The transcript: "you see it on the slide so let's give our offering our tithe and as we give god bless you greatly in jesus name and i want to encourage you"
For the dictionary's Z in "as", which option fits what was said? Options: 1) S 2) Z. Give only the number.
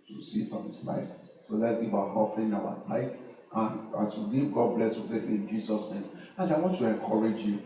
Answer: 1